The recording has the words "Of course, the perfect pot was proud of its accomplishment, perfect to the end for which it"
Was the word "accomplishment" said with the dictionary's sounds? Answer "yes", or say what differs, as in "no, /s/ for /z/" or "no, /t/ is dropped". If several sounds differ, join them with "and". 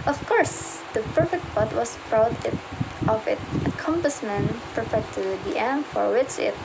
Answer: no, /l/ is dropped and /s/ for /ʃ/